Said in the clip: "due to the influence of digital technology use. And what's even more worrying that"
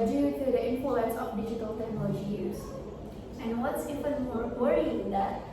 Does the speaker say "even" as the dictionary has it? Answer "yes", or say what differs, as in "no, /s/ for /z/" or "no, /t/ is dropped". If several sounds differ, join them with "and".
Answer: no, /f/ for /v/